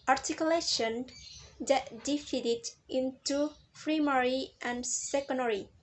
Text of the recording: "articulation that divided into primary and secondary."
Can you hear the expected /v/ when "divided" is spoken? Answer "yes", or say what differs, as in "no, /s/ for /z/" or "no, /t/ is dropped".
no, /f/ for /v/